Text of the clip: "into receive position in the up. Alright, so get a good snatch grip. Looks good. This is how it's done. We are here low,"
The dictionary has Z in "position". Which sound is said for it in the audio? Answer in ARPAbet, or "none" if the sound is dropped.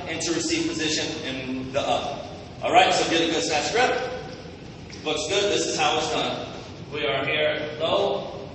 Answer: Z